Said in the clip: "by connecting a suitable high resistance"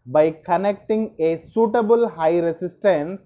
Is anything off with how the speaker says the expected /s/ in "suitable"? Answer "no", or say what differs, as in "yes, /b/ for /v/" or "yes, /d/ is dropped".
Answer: no